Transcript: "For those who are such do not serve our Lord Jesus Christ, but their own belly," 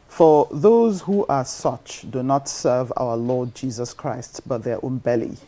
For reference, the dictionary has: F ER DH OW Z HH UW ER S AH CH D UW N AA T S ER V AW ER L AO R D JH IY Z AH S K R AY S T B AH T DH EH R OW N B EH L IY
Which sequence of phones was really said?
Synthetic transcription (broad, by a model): F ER DH OW Z HH UW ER S AH CH D UW N AA T S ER V AW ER L AO D JH IY Z AH S K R AY S T B AH T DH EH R OW N B EH L IY